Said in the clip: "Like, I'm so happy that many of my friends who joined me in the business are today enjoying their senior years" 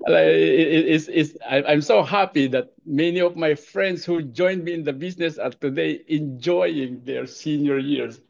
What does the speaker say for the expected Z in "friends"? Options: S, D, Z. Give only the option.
S